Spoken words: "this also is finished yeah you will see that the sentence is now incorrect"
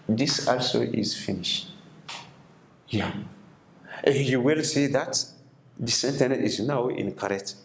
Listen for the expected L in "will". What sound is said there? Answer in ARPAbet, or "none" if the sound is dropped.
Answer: L